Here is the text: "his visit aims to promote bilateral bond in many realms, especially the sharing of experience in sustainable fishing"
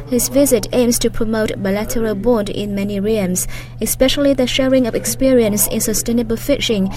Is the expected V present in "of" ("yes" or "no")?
yes